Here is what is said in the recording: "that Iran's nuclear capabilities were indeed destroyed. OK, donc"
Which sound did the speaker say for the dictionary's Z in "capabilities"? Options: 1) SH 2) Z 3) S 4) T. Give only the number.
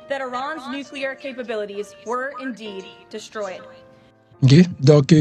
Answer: 2